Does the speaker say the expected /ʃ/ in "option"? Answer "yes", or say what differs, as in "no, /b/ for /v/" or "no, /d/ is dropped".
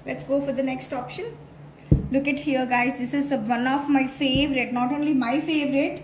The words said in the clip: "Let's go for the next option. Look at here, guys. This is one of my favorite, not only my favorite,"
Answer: yes